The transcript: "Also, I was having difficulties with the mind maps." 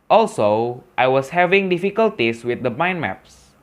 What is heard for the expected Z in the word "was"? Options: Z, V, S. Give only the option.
S